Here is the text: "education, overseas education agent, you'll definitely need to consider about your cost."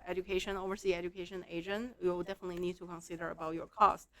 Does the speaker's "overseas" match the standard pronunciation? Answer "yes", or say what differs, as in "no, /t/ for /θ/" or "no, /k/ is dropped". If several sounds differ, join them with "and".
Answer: no, /z/ is dropped